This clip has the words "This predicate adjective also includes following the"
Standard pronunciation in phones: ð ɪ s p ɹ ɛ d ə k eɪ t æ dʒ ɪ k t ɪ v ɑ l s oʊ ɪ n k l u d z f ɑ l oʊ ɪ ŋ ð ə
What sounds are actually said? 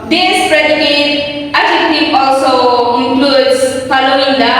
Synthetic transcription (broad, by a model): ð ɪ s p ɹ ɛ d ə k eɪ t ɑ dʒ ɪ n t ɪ ɑ l s oʊ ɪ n k l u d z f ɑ l oʊ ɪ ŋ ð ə